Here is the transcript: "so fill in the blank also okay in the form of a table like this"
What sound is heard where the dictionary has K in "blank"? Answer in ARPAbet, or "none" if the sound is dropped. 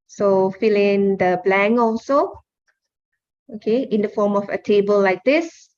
none